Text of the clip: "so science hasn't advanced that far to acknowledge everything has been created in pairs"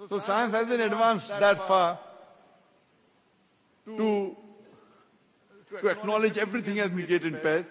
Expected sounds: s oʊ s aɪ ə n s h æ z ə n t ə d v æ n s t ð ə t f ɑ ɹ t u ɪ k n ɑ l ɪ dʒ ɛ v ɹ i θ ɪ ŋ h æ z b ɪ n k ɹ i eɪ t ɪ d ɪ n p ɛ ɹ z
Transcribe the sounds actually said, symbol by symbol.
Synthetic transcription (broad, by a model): s oʊ s aɪ ə n s h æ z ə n ə d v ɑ n s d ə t f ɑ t t u ɪ k n ɑ l ɪ dʒ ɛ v ɹ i t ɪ ŋ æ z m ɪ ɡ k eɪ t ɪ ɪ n p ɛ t